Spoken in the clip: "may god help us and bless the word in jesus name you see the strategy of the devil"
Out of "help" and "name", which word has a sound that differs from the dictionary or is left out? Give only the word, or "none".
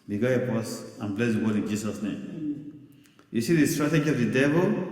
help